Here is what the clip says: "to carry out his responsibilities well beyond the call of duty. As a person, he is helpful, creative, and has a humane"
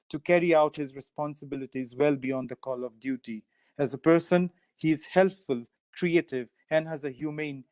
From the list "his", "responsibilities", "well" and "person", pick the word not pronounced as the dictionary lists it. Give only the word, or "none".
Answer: none